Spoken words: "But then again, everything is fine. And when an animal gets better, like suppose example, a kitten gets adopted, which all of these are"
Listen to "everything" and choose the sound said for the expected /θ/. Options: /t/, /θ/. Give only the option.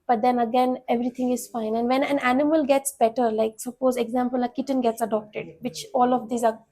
/t/